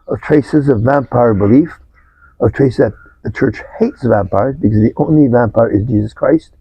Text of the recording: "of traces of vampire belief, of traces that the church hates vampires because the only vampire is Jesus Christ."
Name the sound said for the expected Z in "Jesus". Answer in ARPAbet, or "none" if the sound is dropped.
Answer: Z